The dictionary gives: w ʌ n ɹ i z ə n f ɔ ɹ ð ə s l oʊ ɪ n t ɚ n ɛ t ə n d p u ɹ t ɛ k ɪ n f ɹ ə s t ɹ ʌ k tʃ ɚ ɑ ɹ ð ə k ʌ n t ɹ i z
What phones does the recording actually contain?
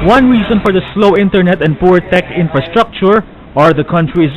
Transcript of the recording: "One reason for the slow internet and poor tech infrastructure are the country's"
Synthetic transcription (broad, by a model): w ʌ n ɹ i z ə n f ɔ ɹ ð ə s l oʊ ɪ n t ɚ n ɛ t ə n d p u ɹ t ɛ k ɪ n f ɹ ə s t ɹ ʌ k tʃ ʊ ɑ ɹ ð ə k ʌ n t ɹ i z